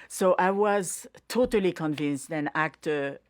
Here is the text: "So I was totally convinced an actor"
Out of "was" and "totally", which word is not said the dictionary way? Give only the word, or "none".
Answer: none